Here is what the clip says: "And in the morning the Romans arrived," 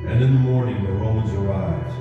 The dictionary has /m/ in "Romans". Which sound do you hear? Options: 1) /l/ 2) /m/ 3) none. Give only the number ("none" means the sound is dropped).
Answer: 3